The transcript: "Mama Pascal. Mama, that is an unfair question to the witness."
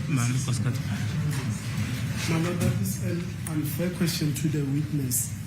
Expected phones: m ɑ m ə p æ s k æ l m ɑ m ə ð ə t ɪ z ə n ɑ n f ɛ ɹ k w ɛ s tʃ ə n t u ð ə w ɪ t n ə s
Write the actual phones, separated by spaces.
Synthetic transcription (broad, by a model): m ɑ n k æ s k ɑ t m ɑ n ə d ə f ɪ s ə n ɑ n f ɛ k w ɛ s tʃ ə n t u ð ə w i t n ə s